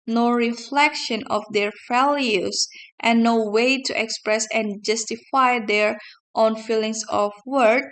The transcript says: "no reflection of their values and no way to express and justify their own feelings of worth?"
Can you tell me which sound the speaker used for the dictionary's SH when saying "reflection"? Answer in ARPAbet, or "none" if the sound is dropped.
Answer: SH